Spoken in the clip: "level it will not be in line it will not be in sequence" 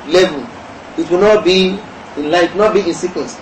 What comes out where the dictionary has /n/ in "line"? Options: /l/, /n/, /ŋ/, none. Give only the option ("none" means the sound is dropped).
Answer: none